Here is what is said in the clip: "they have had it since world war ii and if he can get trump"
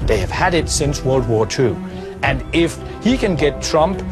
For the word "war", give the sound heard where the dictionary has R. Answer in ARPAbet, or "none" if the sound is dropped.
R